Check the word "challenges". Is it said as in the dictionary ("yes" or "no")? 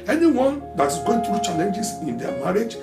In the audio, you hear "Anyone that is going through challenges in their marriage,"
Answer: no